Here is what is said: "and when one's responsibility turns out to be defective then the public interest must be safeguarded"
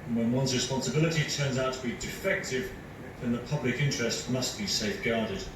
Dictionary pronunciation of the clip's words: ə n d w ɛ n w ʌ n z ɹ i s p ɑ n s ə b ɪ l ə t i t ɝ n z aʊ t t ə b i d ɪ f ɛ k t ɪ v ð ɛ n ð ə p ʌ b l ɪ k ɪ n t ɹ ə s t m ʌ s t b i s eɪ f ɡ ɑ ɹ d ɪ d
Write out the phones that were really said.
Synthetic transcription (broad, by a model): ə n w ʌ n w ʌ n z ɹ i s p ɑ n s ə b ɪ l ə t i t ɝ n z aʊ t t ə b i d ɪ f ɛ k t ɪ v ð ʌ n ð ə p ʌ b l ɪ k ɪ n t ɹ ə s t m ʌ s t b i s eɪ f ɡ ɑ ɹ d ɪ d